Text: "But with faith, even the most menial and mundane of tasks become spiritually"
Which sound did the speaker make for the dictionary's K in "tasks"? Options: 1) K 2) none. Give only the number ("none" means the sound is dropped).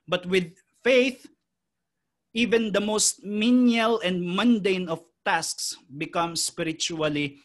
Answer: 1